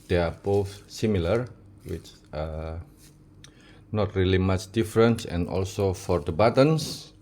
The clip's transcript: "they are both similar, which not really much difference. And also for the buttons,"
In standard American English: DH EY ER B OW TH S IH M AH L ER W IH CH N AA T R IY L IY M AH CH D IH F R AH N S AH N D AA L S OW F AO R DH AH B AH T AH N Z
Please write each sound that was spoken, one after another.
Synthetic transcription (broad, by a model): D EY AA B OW F S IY M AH L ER W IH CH N AA T R IY L IY M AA CH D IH F R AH N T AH N AA L S OW F AO R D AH B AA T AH N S